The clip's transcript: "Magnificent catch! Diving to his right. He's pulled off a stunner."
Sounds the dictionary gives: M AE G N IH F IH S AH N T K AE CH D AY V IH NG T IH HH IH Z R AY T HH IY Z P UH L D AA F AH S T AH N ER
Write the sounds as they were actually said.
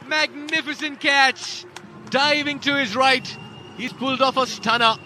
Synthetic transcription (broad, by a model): M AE G N IH F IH S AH N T K AE CH D AY V IH NG T IH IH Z R AY T HH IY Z P UH L D AA F AH S T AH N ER